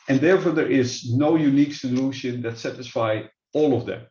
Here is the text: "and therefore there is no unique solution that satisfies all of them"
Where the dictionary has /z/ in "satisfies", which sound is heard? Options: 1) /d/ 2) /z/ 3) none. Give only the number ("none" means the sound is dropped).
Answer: 3